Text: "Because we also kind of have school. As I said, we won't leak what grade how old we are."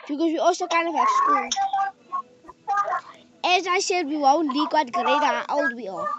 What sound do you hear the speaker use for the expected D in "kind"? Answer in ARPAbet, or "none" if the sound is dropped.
none